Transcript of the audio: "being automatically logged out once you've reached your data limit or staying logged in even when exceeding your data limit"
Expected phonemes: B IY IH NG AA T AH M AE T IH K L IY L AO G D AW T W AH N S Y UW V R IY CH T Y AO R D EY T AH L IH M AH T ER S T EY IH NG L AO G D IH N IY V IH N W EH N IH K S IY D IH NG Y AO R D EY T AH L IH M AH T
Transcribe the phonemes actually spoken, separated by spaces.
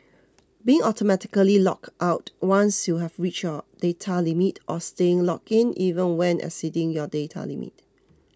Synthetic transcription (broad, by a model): B IY IH NG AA T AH M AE T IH K L IY L AO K AW T W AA N S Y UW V R IY CH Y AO D EY T AH L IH M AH T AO S T EY IH NG L AO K IH N IY V IH N W EH N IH S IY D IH NG Y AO D EY T AH L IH M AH T